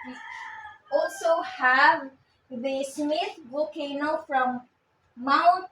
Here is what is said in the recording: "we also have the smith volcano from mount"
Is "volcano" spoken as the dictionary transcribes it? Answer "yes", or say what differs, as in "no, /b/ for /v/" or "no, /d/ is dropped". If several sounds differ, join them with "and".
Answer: no, /l/ is dropped